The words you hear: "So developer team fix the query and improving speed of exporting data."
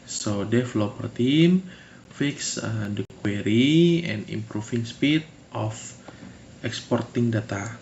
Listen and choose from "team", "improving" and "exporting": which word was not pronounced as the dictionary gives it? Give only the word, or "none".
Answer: improving